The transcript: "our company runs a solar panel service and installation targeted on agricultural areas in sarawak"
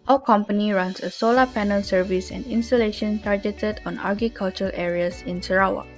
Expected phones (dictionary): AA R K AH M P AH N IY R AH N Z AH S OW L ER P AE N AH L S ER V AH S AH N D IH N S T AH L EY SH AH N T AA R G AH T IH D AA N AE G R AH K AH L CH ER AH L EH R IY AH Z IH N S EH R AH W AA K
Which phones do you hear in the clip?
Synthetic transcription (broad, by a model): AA K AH M P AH N IY R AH N S AH S OW L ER P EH N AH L S ER V AH S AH N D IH N S T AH L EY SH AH N T AA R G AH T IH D AA N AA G AH K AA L CH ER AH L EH R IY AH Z IH N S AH R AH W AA